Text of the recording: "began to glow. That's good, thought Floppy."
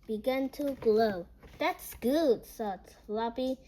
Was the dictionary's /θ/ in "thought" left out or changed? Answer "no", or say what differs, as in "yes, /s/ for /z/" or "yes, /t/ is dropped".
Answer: yes, /s/ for /θ/